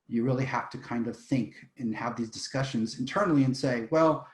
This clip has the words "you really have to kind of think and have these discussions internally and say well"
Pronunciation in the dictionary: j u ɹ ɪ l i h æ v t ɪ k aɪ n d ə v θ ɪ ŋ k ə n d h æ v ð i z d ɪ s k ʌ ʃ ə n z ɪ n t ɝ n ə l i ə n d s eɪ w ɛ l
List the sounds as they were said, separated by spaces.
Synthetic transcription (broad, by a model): j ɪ ɹ ɪ l i h æ f t ɪ k aɪ n d ə v θ ɪ ŋ k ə n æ v ð i z d ɪ s k ʌ ʃ ə n z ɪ n t ɝ n l i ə n s eɪ w ɛ l